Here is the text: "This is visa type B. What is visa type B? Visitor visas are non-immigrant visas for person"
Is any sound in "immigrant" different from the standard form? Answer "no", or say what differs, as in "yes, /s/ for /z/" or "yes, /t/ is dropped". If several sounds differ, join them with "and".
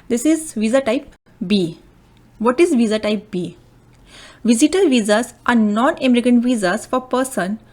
yes, /ɹ/ is dropped